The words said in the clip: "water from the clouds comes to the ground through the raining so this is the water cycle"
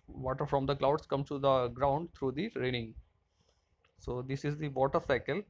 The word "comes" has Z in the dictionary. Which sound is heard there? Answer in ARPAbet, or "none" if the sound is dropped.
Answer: none